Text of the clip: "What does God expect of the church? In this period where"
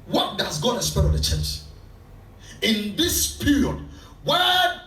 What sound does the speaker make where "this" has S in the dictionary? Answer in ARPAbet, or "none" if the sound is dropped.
S